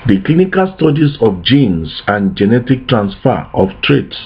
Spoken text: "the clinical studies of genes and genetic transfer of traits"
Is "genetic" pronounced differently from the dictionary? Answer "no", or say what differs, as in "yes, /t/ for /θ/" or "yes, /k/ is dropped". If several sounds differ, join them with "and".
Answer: no